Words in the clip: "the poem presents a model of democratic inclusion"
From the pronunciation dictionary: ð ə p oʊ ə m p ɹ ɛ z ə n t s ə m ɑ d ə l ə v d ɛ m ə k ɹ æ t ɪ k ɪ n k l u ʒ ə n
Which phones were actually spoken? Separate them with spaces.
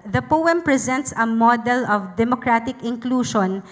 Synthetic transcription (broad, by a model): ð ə p oʊ ə m p ɹ ɛ z ə n t s ə m ɑ d ə l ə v d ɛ m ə k ɹ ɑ t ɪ k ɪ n k l u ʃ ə n